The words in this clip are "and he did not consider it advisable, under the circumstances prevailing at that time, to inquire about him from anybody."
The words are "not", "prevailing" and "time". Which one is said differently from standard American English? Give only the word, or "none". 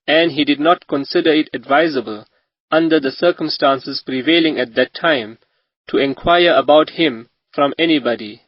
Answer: none